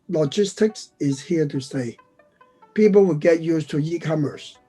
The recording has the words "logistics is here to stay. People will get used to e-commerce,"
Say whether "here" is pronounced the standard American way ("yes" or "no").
yes